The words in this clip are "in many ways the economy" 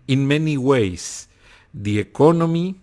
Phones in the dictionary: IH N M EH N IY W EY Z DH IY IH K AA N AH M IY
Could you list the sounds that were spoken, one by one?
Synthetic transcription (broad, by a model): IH N M EH N IY W EY S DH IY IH K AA N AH M IY